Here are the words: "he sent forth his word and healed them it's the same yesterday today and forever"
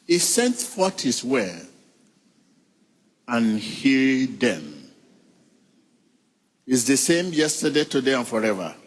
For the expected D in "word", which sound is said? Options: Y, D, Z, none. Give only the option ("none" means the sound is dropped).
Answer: none